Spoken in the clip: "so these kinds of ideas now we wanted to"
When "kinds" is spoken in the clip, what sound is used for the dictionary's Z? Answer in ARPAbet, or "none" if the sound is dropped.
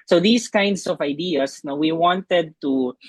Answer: S